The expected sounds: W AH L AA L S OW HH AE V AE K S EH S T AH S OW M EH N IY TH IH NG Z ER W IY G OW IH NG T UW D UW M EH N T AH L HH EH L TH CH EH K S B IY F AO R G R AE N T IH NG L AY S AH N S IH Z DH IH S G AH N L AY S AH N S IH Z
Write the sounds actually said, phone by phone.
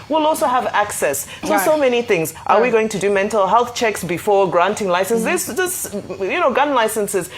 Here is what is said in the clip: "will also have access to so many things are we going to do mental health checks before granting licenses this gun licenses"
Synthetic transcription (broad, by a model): W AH L AA L S OW HH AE V AE K S EH S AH S OW M EH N IY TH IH NG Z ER W IY G OW IH NG T UW D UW M EH N T AH L HH EH L TH CH EH K S B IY F AO R G R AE N T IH NG L AY S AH N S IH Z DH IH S G AH N L AY S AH N S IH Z